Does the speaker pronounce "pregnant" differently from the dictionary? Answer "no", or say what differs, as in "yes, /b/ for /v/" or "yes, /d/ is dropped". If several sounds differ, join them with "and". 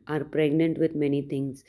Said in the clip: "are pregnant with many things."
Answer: no